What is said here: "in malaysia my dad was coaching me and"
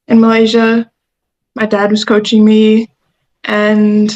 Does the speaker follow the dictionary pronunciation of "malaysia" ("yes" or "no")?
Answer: yes